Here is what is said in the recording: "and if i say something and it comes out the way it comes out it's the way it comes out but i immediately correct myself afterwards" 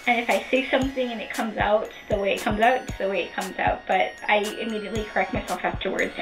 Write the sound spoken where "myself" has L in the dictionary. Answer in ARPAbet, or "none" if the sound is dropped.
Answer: L